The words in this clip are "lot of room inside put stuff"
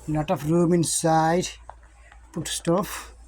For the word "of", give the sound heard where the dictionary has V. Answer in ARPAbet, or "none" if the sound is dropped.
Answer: F